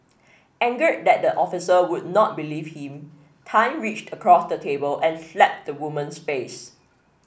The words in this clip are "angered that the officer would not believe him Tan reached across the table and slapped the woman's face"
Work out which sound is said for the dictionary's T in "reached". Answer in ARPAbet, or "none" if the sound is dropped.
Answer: T